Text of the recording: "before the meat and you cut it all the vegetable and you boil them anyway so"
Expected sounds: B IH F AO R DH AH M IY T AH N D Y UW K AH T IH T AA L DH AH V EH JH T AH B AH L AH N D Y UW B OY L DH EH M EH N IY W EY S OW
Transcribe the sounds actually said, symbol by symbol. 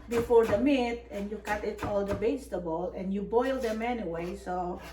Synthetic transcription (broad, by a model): B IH F AO R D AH M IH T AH N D Y UW K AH T IH T AA L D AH B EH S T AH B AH L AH N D Y UW B OY L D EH M EH N IY W EY S OW